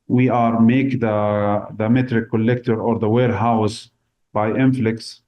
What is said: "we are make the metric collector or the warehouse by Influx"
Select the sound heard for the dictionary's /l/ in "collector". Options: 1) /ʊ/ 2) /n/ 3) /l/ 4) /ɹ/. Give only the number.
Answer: 3